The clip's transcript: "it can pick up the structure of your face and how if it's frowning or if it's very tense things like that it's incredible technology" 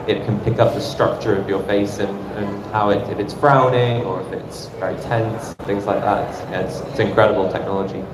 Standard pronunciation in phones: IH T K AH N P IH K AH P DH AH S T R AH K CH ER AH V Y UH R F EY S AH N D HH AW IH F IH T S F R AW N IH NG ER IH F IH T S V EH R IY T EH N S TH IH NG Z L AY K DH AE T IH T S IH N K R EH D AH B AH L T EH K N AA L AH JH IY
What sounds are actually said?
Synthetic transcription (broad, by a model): IH T K AH N P IH K AH P DH AH S T R AH K CH ER AH V Y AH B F EY S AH N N HH AW IH F IH T S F R AW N IH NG ER IH F IH T S V EH R IY T EH N S TH IH NG Z L AY K DH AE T IH T S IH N K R EH D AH B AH L T EH K N AA L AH JH IY